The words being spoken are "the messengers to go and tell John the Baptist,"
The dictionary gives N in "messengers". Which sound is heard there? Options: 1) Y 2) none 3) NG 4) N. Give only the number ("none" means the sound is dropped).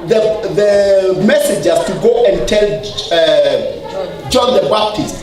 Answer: 2